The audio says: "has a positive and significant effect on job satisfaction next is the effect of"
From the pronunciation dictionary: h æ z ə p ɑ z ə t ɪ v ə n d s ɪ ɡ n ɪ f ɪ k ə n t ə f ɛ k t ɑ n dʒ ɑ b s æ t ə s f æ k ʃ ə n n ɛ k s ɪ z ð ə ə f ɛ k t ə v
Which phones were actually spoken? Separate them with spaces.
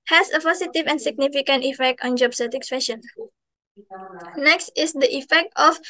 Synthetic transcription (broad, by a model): h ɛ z ə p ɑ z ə t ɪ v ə n s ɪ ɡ n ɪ f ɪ k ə n t ə f ɛ k t ɑ n dʒ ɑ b s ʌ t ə s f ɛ ʃ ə n n ɛ k s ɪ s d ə ə f ɛ k t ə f